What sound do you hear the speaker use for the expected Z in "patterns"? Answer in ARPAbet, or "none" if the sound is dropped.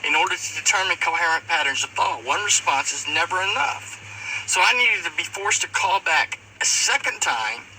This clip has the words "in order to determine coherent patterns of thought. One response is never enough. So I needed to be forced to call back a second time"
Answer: Z